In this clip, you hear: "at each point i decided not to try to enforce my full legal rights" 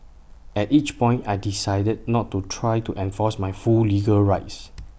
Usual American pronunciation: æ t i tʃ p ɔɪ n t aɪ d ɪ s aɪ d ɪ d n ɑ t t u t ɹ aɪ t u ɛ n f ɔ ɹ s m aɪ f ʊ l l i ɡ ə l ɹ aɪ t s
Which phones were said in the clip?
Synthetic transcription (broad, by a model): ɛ t i tʃ p ɔɪ n t aɪ d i s aɪ d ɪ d n ɑ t t u t ɹ aɪ t u ɛ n f ɔ s m aɪ f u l l i ɡ ə l ɹ aɪ t s